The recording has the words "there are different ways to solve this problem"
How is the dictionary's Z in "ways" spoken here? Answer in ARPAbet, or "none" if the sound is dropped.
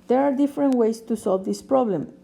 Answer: S